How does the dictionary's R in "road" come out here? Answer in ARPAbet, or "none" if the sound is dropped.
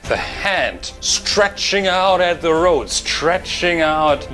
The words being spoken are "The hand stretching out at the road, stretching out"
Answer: R